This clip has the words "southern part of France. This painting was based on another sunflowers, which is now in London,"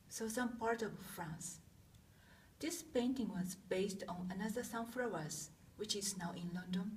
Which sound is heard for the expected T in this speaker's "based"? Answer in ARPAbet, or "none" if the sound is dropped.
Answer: T